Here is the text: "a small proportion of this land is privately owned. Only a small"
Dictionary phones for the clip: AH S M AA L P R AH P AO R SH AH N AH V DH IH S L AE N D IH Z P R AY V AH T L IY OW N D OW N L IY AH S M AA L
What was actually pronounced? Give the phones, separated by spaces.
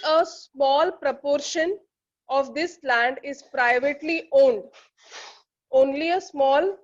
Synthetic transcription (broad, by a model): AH S M AA L P R AH P AO R SH AH N AH V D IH S L AE N D IH Z P R AY V AH T L IY OW N D OW N L IY AH S M AA L